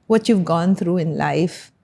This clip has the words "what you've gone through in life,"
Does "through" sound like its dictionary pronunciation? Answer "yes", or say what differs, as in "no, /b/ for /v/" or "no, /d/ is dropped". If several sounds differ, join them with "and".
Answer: no, /t/ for /θ/